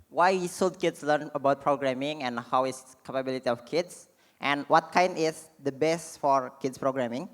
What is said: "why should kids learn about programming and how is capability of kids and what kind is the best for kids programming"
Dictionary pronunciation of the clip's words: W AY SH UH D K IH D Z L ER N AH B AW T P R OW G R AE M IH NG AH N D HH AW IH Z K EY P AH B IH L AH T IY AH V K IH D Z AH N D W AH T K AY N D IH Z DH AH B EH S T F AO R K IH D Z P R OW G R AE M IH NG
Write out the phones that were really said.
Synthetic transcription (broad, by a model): W AY S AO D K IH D S L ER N AH B AW T P R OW G R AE M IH NG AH N HH AW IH S K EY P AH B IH L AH T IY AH F K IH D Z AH N W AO T K AY N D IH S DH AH B EH S T F AO R K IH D S P R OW G R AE M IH NG